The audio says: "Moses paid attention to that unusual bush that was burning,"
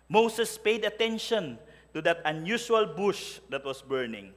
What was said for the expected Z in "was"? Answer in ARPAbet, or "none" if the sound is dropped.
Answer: S